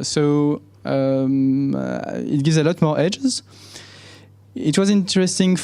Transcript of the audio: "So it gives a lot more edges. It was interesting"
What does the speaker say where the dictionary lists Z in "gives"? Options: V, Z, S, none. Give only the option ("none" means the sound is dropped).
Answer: Z